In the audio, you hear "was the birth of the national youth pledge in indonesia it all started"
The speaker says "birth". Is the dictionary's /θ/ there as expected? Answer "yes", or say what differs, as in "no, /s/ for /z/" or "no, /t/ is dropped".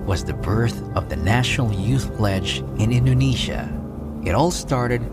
yes